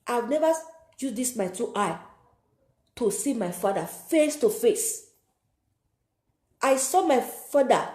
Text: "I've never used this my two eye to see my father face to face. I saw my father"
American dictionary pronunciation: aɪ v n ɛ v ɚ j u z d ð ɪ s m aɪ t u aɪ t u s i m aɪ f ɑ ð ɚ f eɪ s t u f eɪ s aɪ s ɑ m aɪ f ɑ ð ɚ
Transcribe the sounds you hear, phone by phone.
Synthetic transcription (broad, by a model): aɪ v n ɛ v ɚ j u s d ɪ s m aɪ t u aɪ t u s i m aɪ f ɑ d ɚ f eɪ s t u f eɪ s aɪ s ɑ m aɪ f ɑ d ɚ